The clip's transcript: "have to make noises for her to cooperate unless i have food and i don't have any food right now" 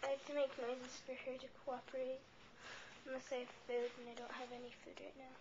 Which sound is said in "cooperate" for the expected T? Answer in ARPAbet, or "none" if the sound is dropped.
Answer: none